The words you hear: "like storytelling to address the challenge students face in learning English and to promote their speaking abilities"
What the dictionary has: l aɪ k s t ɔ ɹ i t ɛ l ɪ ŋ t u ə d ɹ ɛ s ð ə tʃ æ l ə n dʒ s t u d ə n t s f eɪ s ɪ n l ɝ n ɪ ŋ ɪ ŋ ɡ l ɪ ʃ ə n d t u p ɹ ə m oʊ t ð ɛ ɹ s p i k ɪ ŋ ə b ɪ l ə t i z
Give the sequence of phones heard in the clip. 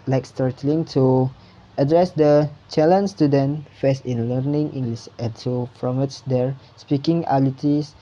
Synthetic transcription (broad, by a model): l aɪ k s t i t l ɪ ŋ t u ə d ɹ ɛ s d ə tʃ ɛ l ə n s t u d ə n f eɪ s ɪ n l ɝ n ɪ ŋ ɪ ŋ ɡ l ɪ s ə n t u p ɹ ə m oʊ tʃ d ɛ ɹ s p i k ɪ ŋ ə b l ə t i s